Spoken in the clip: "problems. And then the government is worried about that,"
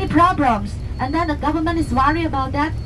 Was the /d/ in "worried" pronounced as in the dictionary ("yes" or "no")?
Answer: no